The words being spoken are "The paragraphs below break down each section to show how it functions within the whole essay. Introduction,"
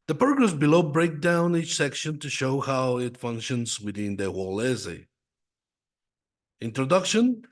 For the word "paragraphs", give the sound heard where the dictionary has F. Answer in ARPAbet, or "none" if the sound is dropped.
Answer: none